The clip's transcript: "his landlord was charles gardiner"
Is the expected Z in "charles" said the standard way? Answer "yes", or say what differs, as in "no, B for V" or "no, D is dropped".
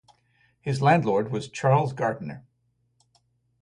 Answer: yes